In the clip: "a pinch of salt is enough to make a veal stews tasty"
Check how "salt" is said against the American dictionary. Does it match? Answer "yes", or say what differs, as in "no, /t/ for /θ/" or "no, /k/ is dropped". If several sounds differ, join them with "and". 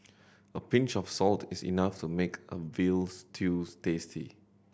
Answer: yes